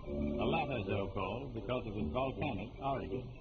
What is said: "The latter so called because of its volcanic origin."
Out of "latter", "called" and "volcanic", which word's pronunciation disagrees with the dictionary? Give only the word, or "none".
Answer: none